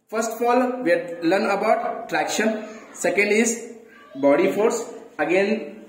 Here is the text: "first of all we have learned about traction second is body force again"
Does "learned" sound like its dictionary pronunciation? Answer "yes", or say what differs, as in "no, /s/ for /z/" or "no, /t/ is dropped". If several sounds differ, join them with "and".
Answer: no, /d/ is dropped